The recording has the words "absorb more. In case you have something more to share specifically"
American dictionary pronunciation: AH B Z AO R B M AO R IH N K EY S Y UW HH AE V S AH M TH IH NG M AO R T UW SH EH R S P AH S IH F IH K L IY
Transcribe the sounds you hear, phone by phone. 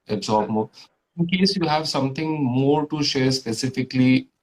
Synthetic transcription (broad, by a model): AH B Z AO R B M AO R IH N K EY S Y UW HH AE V S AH M T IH NG M AO R T UW SH EH R S P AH S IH F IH K L IY